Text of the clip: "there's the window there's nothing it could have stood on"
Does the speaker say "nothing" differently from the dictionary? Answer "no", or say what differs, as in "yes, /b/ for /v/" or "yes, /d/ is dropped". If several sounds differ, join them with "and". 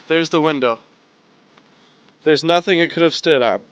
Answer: no